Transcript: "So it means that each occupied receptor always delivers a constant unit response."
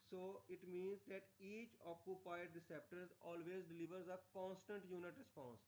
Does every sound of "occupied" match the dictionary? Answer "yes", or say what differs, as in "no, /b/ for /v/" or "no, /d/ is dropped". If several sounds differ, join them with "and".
yes